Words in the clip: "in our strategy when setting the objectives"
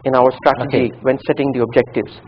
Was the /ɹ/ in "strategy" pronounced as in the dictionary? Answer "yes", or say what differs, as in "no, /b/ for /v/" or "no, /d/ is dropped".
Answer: yes